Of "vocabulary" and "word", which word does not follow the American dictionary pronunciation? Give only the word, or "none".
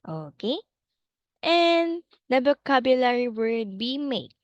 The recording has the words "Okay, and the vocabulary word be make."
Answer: vocabulary